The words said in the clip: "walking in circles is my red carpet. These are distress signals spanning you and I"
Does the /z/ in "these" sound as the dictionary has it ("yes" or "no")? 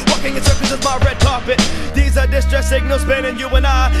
yes